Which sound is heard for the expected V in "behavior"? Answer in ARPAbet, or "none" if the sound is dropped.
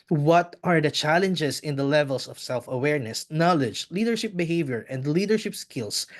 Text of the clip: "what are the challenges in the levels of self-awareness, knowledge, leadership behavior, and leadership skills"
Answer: V